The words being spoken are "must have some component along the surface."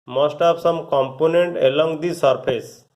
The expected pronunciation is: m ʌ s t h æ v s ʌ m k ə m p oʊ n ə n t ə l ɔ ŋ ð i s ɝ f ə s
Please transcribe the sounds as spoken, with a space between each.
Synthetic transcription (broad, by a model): m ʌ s t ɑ p s ʌ m k ə m p oʊ n ə n t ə l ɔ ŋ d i s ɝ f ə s